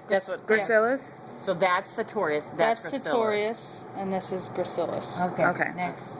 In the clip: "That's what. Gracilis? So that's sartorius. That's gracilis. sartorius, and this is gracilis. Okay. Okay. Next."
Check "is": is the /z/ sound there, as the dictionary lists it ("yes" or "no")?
yes